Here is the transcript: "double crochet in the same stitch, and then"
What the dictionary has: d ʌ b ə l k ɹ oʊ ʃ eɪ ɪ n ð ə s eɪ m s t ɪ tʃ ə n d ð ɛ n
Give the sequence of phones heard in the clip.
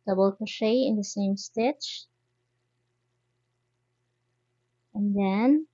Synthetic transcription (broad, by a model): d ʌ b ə l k oʊ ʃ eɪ ɪ n ð ə s eɪ m s t ɪ tʃ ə n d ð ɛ n